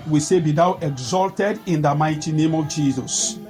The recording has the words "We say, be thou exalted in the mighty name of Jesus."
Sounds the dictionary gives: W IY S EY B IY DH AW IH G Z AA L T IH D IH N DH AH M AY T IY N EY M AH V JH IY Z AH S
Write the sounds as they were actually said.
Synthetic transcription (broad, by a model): W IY S EY B IY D AW IH G Z AA L T IH D IH N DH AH M AY T IY N EY M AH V JH IY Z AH S